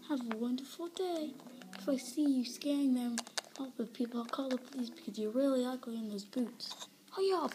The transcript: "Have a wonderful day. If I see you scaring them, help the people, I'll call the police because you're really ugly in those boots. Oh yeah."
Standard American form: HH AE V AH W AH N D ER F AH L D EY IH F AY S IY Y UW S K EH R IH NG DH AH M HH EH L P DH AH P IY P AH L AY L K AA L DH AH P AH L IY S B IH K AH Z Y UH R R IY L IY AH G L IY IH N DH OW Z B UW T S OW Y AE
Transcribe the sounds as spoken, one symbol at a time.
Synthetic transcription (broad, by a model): HH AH V AH W AH N D ER F L D EY IH F AY S IY Y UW S K EH R IH NG DH AH M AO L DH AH P IY P L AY K AA L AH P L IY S B IH K AH Z Y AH R L IY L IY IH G IY IH N DH OW Z B UW T S OW Y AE